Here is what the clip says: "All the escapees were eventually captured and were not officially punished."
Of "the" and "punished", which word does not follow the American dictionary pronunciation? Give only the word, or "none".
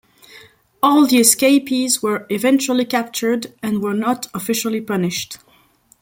none